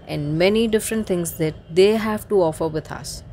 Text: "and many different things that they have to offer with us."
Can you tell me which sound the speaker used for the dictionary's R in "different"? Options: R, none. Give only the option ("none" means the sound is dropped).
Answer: R